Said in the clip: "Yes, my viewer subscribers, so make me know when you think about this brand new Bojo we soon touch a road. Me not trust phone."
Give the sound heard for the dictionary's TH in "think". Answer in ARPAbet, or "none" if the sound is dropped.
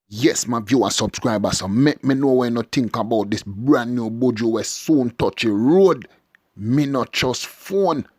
T